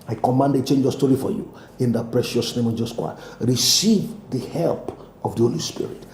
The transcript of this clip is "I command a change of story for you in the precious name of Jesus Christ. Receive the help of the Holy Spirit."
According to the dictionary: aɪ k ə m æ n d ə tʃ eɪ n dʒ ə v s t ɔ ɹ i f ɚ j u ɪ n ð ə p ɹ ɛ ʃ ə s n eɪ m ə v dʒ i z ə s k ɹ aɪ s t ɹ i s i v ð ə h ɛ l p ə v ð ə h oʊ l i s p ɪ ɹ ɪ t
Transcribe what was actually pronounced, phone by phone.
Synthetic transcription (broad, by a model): aɪ k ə m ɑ n d ə tʃ eɪ n dʒ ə s t ɔ ɹ i f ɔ j u ɪ n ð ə p ɹ ɛ ʃ ə s n eɪ m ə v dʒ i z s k w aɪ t ɹ i s i v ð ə h ɛ l p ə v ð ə h oʊ l i s p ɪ ɹ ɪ t